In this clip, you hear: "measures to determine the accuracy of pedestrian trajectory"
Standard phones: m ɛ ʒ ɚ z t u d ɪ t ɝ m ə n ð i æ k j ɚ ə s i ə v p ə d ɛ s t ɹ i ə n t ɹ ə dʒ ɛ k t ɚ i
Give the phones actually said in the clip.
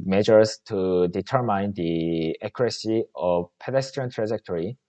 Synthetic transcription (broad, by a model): m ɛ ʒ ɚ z t u d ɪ t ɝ m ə n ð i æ k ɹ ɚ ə s i ə v p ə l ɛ s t i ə n t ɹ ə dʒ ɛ k t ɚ i